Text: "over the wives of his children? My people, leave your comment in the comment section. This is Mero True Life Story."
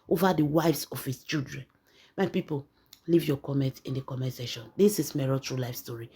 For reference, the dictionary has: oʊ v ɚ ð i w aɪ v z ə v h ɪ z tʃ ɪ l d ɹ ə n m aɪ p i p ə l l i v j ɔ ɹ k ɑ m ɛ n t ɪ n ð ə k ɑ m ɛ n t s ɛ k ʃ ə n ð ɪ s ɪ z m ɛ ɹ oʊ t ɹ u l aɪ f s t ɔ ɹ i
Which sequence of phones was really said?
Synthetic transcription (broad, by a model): oʊ v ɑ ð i w aɪ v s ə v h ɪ s tʃ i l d ɹ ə n m aɪ p i p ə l l i v j ɔ k ɑ m ɛ n t ɪ n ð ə k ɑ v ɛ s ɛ ʃ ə n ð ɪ s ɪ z m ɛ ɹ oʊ t ɹ u l aɪ f s t ɔ ɹ i